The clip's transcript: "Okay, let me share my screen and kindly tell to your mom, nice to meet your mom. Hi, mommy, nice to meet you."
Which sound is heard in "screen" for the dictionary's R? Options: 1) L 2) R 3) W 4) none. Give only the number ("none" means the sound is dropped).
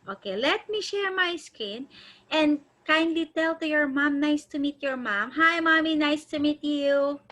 4